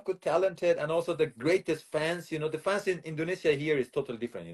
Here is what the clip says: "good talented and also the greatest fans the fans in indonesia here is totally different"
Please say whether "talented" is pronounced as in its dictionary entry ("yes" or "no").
yes